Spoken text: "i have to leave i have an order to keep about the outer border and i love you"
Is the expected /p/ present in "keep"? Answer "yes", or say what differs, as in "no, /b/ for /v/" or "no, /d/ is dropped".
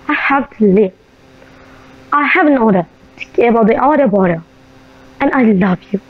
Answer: no, /p/ is dropped